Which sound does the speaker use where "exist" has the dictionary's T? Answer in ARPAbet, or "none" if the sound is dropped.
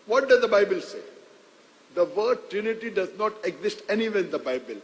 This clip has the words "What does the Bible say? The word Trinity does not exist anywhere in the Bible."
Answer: T